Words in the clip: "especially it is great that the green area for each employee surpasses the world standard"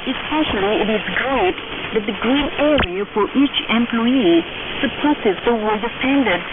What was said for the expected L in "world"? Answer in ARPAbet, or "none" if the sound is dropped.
none